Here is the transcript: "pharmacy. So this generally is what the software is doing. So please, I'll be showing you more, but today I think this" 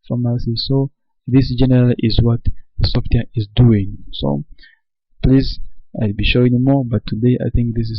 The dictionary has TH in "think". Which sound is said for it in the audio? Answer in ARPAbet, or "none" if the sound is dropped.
TH